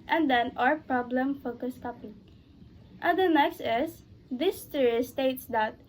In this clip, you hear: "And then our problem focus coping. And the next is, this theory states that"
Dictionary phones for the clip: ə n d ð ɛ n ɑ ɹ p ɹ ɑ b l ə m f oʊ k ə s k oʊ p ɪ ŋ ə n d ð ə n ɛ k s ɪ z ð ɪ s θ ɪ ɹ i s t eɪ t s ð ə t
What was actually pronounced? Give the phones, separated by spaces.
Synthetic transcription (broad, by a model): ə n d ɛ n ɑ ɹ p ɹ ɑ b l ə m f oʊ k ə s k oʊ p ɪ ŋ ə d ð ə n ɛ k s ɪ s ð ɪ s t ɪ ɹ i s t eɪ t s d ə t